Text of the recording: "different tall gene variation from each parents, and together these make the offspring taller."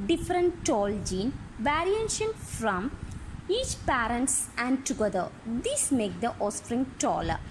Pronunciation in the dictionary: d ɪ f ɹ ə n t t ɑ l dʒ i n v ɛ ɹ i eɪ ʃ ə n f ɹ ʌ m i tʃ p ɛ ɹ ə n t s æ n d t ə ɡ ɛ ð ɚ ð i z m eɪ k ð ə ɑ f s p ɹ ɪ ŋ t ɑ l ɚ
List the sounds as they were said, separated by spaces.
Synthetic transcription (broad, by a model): d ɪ f ɹ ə n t t ɑ l dʒ i n v ɛ ɹ i eɪ ʃ ə n f ɹ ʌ m i tʃ p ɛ ɹ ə n t s æ n d t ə ɡ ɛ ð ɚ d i s m eɪ k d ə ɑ s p ɹ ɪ ŋ t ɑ l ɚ